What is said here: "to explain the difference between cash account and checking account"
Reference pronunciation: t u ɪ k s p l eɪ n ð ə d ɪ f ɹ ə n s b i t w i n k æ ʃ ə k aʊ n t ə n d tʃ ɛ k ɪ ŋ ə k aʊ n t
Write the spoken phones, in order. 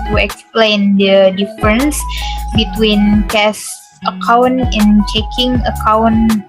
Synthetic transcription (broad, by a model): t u ɪ k s p l eɪ n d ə d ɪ f ɹ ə n s b i t w i n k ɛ s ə k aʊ n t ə n tʃ ɛ k ɪ ŋ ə k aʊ n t